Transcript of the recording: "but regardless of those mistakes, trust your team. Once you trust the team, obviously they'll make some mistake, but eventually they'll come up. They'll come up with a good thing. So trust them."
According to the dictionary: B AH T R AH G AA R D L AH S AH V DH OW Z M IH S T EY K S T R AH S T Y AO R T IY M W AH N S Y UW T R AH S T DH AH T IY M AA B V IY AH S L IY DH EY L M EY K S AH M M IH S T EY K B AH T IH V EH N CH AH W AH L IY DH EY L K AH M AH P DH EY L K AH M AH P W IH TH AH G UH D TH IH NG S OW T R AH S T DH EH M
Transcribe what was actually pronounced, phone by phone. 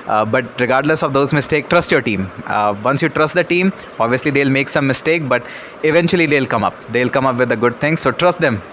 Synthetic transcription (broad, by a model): B AH T R AH G AA R D L AH S AH V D OW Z M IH S T EY K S T R AH S T Y AO R T IY M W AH N S Y UW T R AH S T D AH T IY M AA B V IY AH S L IY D EY L M EY K S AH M M IH S T EY K B AH T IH V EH N CH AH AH L IY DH EY L K AH M AH P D EY L K AH M AH P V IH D AH G UH D T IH NG S OW T R AH S T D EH M